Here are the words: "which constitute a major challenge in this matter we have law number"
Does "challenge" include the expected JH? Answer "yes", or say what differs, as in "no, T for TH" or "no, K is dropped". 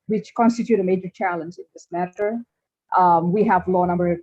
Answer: yes